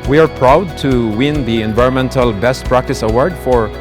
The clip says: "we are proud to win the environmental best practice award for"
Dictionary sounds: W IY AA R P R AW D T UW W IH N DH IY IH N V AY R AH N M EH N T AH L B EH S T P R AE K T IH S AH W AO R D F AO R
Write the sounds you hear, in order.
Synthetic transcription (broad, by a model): W IY AA R P R AW D T UW W IH N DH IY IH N V AY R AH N M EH N T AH L B EH S T P R AE K T IH S AH W AO R D F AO R